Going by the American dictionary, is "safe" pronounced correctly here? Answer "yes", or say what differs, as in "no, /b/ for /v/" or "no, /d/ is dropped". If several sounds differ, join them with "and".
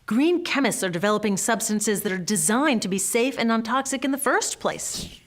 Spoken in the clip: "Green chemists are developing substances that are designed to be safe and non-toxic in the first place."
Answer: yes